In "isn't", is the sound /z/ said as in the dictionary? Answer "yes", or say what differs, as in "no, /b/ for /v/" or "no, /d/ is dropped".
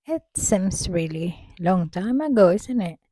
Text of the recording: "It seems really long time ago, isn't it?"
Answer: no, /s/ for /z/